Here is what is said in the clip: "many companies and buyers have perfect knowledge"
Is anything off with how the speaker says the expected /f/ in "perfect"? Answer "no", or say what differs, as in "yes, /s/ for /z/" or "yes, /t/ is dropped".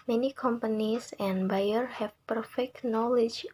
no